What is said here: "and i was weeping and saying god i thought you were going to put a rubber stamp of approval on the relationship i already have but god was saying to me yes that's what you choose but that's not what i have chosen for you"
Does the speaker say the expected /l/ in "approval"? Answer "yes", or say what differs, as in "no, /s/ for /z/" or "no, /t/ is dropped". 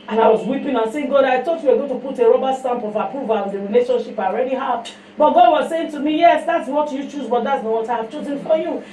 no, /w/ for /l/